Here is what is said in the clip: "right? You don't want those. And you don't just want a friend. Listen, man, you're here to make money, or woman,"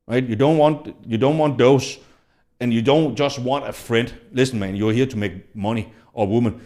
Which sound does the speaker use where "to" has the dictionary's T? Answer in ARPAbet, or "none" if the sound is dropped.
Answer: T